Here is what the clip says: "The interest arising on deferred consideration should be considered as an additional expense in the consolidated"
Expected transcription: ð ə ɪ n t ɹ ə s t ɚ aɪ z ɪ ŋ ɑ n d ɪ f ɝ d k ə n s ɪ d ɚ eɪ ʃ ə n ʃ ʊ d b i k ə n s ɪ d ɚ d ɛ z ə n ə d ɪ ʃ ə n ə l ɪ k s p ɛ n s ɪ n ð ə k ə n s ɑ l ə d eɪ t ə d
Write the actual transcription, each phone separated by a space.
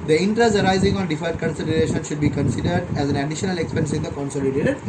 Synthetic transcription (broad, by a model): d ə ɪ n t ɹ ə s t ɚ aɪ z ɪ ŋ ɑ n d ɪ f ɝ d k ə n s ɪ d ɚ eɪ ʃ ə n ʃ ʊ d b i k ə n s ɪ d ɚ d ɛ z ə n ə d ɪ ʃ ə n ə l ɪ k s p ɛ n s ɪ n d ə k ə n s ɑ l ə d eɪ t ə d